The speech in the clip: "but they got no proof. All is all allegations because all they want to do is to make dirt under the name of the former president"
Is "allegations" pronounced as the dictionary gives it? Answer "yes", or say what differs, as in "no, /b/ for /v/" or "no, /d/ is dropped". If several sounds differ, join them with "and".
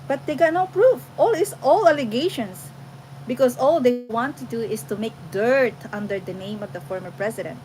no, /s/ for /z/